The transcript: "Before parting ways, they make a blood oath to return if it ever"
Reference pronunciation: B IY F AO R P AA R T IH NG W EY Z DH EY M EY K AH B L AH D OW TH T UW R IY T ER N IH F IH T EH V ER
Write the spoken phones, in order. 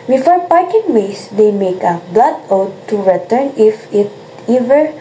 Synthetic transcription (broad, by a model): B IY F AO R P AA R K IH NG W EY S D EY M EY K AH B L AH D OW T T UW R IY T ER N IH F IH T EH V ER